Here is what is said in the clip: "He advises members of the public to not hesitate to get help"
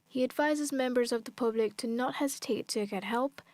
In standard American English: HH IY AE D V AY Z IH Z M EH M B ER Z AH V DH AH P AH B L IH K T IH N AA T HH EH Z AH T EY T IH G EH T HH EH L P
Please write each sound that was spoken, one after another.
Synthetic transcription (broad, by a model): HH IY AE D V AY Z IH Z M EH M B ER Z AH V DH AH P AH B L IH K T IH N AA T HH EH Z AH T EY T IH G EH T HH EH L P